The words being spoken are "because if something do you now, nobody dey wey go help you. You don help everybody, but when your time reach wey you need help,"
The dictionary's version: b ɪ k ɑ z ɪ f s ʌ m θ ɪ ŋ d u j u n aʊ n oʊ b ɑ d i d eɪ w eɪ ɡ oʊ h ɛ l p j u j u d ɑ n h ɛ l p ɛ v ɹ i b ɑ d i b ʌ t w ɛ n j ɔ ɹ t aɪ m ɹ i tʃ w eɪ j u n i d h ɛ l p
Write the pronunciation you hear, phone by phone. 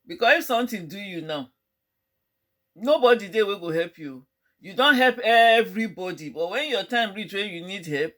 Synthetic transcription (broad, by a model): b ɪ k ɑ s ɪ f s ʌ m t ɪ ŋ d u j u n aʊ n oʊ b ɑ d i d eɪ w eɪ ɡ oʊ h ɛ l p j u j u d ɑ n h ɛ l p ɛ v ɹ i b ɑ d i b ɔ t w ɛ n j ɔ t aɪ m ɹ i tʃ w eɪ j u n i d h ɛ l p